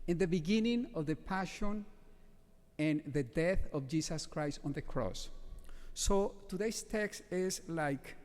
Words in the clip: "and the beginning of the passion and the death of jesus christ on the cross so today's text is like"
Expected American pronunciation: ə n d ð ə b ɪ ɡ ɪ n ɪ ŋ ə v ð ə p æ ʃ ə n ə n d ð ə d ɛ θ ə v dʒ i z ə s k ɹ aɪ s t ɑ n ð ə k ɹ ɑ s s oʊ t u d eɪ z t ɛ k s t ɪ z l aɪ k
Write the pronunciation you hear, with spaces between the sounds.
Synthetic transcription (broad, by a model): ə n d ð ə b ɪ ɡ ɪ n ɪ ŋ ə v ð ə p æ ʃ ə n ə n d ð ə d ɛ θ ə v dʒ i s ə s k ɹ aɪ s t ɑ n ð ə k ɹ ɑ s s oʊ t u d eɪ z t ɛ k s t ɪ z l aɪ k